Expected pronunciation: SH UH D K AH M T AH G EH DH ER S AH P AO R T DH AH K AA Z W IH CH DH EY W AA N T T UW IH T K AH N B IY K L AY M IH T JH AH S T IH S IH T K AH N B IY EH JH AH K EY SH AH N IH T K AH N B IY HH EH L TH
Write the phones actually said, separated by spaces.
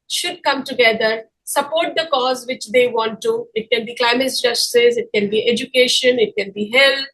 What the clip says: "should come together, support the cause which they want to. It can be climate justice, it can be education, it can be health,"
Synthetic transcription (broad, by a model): SH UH D K AH M T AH G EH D ER S AH P AO R T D AH K AA Z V IH CH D EY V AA N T T UW IH T K AH N B IY K L AY M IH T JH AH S S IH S IH T K AH N B IY EH JH AH K EY SH AH N IH T K AH N B IY HH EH L